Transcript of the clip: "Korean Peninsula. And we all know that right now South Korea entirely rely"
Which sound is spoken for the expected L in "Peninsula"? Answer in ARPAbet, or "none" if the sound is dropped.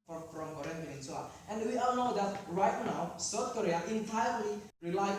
none